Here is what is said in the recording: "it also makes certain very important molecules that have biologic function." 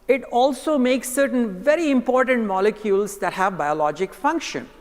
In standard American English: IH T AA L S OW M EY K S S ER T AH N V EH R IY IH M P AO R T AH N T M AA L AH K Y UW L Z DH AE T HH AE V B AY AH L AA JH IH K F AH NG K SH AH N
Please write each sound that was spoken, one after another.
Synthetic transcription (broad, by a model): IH T AA L S OW M EY K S S ER T AH N V EH R IY IH M P AO R T AH N T M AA L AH K Y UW L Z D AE T HH AE V B AY AH L AA JH IH K F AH NG K SH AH N